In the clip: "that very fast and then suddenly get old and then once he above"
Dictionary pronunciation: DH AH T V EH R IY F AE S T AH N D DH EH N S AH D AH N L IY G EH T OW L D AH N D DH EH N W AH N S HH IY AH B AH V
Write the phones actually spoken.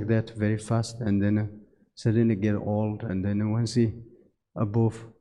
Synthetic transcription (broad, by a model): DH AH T V EH R IY F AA S T AH N D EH N S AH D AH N IY G EH T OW L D AH N D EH N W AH N S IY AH B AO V